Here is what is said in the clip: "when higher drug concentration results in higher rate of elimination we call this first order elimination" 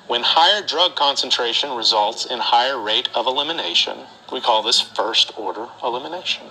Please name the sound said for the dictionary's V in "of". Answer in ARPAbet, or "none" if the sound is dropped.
V